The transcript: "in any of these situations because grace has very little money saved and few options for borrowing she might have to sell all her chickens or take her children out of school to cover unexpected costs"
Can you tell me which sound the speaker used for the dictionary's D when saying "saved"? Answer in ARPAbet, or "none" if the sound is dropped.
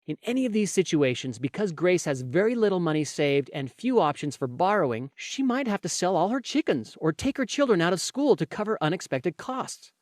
D